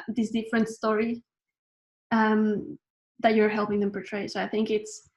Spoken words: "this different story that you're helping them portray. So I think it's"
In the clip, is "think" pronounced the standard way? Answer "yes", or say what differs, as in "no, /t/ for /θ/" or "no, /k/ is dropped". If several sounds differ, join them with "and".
yes